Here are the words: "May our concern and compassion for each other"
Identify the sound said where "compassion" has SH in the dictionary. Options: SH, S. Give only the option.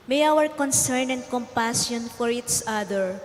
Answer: S